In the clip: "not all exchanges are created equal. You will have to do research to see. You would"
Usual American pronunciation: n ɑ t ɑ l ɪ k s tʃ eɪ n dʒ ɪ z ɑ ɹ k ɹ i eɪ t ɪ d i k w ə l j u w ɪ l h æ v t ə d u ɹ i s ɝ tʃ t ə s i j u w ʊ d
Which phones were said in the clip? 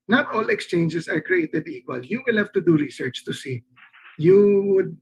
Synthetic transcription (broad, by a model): n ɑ t ɑ l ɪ k s tʃ eɪ n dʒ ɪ s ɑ ɹ k ɹ i eɪ t ɪ d i k w ə l j u w ɪ l h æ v t ə d u ɹ i s ɝ tʃ t ə s i j u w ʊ d